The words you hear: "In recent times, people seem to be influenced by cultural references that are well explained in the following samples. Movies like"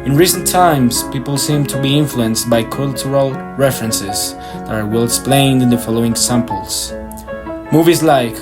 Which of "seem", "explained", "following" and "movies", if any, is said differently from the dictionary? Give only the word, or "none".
none